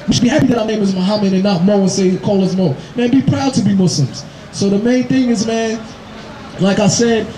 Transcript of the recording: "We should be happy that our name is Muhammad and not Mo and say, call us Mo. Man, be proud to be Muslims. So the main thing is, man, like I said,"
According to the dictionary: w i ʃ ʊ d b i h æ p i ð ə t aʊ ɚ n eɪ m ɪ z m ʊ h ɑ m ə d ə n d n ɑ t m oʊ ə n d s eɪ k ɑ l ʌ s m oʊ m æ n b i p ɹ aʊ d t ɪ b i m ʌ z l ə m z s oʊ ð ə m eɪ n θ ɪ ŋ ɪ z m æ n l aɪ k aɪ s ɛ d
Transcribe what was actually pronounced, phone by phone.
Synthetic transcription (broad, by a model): w i ʃ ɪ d b i h æ p i ð ə t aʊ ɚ n eɪ m ɪ z m ʊ h ɑ m ə d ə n n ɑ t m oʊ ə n s eɪ k ɑ l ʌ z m oʊ m æ n b i p ɹ aʊ d t ɪ b i m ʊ s l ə m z s oʊ ð ə m eɪ n θ ɪ ŋ ɪ z m æ n l aɪ k aɪ s ɛ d